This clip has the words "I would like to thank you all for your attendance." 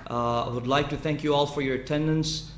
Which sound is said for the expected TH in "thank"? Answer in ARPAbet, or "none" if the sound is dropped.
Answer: TH